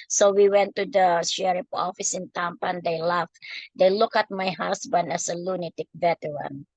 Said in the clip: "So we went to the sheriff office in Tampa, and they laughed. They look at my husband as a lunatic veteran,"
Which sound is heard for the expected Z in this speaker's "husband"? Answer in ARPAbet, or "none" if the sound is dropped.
S